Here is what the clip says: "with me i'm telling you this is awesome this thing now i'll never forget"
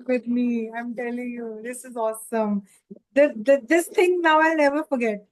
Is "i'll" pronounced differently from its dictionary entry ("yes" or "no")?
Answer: no